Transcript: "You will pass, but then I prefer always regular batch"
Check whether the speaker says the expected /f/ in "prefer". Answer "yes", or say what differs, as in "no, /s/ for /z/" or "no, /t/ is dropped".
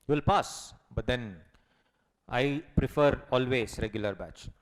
yes